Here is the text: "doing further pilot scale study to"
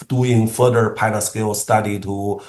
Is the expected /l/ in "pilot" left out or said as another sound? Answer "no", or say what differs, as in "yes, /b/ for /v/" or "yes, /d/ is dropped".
yes, /n/ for /l/